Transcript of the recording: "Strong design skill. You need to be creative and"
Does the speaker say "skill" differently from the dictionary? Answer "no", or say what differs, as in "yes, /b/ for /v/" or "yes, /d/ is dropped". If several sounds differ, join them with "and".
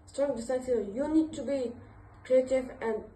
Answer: yes, /k/ is dropped